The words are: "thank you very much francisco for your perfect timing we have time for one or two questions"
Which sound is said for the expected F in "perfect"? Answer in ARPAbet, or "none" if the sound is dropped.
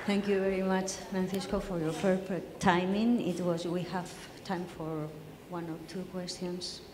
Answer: P